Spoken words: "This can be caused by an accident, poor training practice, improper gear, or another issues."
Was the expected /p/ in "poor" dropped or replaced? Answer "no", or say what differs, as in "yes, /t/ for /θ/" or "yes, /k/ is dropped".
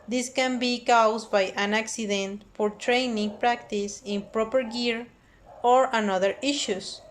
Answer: yes, /f/ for /p/